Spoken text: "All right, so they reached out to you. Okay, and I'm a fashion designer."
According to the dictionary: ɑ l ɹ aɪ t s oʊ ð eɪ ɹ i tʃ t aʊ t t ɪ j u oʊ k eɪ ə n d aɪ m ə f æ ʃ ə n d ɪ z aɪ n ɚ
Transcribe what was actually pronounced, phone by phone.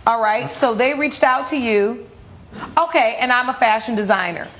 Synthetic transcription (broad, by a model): ɑ l ɹ aɪ t s oʊ ð eɪ ɹ i tʃ t aʊ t t ɪ j u oʊ k eɪ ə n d aɪ m ə f æ ʃ ə n d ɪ z aɪ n ɚ